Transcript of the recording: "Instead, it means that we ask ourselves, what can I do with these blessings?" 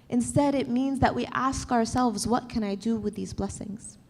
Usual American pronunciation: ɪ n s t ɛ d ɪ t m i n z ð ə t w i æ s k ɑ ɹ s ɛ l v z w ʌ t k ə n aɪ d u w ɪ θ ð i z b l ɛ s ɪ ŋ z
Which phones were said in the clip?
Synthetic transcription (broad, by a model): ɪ n s t ɛ d ɪ t m i n z ð ə t w i æ s k ɑ ɹ s ɛ l v z w ʌ t k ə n aɪ d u w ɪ ð i z b l ɛ s ɪ ŋ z